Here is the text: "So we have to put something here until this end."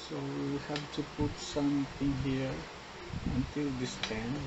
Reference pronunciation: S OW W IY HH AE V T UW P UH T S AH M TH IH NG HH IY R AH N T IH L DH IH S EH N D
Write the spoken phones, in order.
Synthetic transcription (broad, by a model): S OW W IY HH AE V T UW P UH T S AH M T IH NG HH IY R AH N T IH L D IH S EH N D